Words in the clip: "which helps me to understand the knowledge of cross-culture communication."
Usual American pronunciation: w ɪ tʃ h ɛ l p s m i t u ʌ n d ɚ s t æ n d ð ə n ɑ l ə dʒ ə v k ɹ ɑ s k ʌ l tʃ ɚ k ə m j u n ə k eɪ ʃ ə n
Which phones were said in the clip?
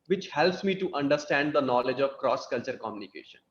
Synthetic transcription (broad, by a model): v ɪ tʃ h ɛ l p s m i t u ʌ n d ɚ s t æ n d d ə n ɑ l ə dʒ ə v k ɹ ɑ s k ʌ l tʃ ɚ k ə m j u n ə k eɪ ʃ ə n